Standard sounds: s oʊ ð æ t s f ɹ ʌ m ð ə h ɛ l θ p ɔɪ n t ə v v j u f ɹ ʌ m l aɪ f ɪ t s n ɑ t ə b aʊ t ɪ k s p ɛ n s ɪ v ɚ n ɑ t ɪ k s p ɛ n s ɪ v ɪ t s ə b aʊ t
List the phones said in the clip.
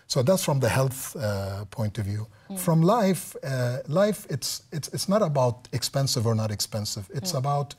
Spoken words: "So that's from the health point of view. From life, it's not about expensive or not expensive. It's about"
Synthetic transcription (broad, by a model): s oʊ ð æ t s f ɹ ʌ m ð ə h ɛ l θ p ɔɪ n t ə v v j u f ɹ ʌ m l aɪ f ɪ t s n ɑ t ə b aʊ t ɪ k s p ɛ n s ɪ v ɚ n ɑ t ɪ k s p ɛ n s ɪ v ɪ t s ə b aʊ t